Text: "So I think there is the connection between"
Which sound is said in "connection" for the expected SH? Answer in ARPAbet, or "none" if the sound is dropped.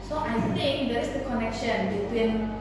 SH